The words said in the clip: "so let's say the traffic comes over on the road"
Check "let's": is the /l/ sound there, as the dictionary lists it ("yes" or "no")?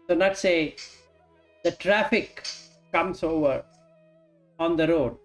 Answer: no